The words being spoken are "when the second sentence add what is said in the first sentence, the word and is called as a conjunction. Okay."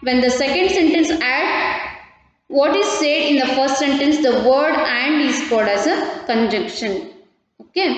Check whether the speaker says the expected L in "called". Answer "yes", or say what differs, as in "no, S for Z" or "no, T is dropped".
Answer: no, L is dropped